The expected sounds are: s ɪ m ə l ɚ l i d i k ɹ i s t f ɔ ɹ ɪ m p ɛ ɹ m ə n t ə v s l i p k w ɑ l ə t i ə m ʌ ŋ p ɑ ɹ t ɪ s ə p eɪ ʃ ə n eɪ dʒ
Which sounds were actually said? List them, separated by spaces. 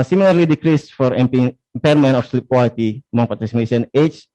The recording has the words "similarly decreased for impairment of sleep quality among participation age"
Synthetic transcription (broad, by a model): s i m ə l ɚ l i d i k ɹ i s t f ɔ ɹ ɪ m p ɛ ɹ m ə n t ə f s l i p k w ɑ l ə t i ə m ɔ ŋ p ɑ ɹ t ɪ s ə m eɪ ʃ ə n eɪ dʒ